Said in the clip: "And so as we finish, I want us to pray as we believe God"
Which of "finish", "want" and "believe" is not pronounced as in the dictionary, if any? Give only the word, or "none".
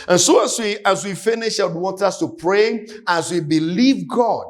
none